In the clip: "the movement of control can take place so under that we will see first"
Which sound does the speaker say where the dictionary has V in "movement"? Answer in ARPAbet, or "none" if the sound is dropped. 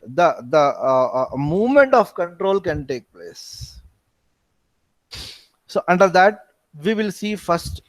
V